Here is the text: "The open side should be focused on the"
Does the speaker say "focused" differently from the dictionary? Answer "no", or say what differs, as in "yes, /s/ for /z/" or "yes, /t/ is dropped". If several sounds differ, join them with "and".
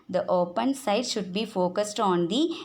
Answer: no